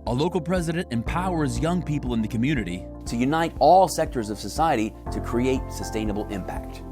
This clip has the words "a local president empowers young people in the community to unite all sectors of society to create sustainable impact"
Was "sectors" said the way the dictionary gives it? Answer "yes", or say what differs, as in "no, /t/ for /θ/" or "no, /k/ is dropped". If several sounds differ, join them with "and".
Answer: yes